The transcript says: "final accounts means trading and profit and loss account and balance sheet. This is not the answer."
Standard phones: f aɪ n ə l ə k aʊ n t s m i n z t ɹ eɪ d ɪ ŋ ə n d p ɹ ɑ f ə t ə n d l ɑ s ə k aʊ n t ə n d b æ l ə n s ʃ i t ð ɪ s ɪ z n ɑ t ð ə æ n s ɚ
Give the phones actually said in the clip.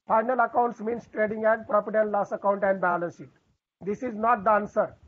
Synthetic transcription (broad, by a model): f aɪ n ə l ə k aʊ n t s m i n s t ɹ eɪ d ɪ ŋ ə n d p ɹ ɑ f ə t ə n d l ɑ s ə k aʊ n t ə n d b æ l ə n s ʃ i t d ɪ s ɪ z n ɑ t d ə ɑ n s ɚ